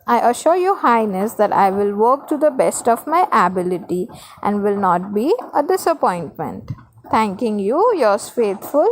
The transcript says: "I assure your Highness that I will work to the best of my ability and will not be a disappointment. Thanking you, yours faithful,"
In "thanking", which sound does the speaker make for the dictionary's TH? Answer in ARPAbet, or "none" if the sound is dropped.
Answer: T